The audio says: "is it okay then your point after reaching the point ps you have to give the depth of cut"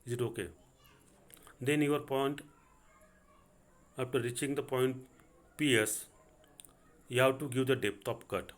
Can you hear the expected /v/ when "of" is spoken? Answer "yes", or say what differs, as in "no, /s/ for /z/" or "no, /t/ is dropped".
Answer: no, /p/ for /v/